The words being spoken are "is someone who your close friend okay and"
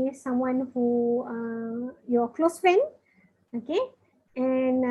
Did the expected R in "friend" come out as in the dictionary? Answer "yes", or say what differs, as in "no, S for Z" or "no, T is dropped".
no, R is dropped